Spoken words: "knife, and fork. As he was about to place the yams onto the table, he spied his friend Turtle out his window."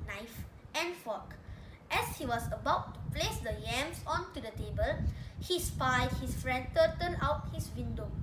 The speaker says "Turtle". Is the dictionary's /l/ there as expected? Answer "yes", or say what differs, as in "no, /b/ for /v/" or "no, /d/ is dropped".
no, /n/ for /l/